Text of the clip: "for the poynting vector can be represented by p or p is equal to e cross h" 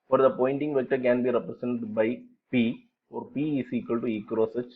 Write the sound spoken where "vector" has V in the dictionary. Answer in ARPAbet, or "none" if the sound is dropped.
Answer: V